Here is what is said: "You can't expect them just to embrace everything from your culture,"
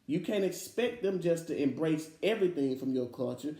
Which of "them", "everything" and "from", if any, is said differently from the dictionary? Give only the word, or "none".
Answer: none